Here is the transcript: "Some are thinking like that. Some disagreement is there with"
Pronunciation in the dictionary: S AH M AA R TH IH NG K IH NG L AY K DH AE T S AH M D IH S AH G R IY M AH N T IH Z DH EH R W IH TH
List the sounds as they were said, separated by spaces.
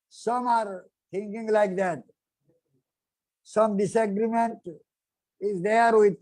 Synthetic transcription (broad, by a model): S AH M AA R T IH NG K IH NG L AY K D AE T S AH M D IH S AH G R IY M AH N T IH Z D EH R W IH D